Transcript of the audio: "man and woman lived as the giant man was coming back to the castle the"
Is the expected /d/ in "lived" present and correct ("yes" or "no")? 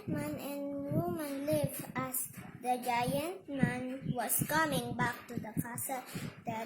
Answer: no